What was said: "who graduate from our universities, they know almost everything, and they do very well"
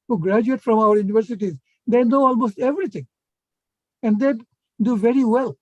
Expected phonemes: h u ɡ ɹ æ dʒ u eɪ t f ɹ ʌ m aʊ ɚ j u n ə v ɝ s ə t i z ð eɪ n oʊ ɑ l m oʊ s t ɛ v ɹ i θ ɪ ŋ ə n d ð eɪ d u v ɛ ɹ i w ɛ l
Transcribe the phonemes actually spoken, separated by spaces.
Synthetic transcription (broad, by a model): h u ɡ ɹ æ dʒ u eɪ t f ɹ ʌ m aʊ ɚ j u n ə v ɝ s ə t i z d eɪ n oʊ ɑ l m oʊ s t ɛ v ɹ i t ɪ ŋ ə n d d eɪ d u v ɛ ɹ i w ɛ l